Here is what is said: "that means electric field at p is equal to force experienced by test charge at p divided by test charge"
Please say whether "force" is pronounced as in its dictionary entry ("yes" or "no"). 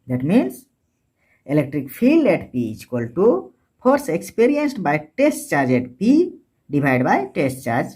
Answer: no